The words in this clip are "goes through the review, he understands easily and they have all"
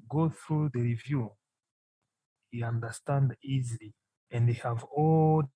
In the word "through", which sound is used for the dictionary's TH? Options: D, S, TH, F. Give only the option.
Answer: TH